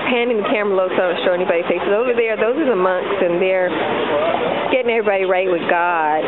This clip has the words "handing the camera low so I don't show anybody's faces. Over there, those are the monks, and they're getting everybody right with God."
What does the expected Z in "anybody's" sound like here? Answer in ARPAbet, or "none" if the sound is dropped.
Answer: none